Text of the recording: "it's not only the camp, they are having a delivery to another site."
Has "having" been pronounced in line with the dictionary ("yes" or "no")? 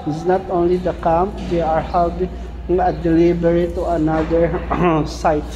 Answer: no